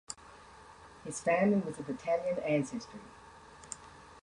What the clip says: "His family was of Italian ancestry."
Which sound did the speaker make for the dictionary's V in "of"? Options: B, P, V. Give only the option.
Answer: B